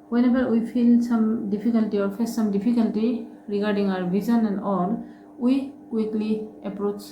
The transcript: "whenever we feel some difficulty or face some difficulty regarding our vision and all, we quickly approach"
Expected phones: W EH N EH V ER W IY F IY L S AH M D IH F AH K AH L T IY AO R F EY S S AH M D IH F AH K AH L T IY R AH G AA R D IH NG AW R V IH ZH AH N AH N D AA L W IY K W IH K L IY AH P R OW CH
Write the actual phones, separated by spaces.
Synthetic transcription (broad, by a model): W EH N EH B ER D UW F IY L S AH M D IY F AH K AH L T IY AO R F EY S S AH M D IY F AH K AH L T IY R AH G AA R D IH NG AW R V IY Z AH N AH N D AA L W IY K W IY K L IY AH P R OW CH